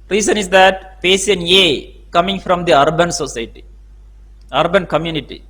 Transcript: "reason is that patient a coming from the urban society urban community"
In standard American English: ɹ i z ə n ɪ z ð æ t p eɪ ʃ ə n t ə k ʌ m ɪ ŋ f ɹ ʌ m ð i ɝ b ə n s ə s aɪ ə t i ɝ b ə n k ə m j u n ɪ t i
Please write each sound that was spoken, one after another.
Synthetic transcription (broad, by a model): ɹ i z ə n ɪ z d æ t p eɪ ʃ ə n ə k ʌ m ɪ ŋ f ɹ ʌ m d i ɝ b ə n s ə s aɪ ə t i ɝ b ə n k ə m j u n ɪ t i